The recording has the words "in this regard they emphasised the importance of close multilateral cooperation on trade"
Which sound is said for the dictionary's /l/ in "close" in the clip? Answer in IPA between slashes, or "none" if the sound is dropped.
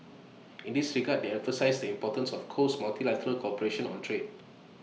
none